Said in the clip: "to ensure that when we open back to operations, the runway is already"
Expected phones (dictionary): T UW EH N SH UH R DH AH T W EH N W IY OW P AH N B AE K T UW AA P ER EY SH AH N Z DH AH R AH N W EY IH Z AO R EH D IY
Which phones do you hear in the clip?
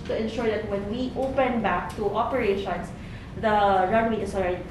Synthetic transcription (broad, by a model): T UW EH N SH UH R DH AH T W EH N W IY OW P AH N B AE K T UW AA P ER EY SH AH N S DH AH R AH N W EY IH S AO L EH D